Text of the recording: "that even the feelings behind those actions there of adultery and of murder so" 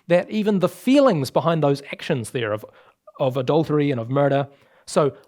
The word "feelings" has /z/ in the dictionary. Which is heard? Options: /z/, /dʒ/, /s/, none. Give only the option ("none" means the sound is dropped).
/z/